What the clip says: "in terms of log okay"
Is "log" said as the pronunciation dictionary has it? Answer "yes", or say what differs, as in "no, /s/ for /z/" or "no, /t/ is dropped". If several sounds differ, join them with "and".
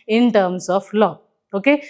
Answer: no, /ɡ/ is dropped